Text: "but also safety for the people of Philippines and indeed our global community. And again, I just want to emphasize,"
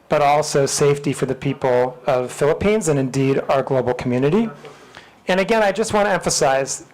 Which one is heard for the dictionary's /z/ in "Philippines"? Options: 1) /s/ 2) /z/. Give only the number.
2